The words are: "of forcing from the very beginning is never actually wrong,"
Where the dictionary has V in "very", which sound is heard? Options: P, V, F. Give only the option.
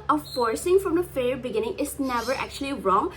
F